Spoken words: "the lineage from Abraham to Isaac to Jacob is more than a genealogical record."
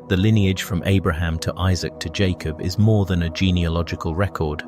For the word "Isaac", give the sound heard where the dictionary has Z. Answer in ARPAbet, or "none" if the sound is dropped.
Z